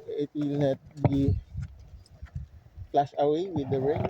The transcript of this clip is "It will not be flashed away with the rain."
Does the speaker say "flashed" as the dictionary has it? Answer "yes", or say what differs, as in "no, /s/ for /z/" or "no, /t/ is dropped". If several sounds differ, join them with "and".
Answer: no, /p/ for /f/